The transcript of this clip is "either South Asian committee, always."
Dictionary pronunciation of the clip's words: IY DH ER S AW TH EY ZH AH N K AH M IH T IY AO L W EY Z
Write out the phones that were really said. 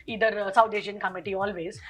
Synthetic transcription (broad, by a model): IY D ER S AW T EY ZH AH N K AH M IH T IY AO L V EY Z